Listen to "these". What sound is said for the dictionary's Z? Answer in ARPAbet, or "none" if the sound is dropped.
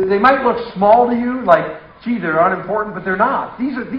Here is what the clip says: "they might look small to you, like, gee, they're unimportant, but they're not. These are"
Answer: Z